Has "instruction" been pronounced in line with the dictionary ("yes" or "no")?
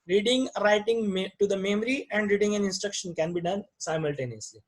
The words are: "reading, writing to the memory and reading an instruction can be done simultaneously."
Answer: yes